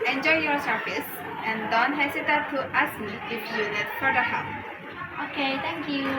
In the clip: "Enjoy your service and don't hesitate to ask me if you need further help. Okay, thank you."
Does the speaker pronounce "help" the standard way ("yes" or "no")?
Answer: no